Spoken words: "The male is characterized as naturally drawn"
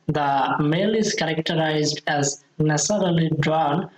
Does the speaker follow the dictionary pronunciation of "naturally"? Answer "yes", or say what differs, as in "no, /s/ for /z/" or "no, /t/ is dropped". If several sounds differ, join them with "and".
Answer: no, /s/ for /tʃ/